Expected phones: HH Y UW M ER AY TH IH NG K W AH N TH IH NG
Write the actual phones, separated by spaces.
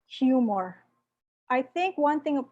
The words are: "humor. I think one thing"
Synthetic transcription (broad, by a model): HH Y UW M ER AY TH IH NG K W AH N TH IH NG